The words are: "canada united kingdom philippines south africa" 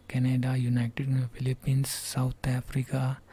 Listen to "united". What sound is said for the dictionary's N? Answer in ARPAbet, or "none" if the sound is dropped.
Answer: N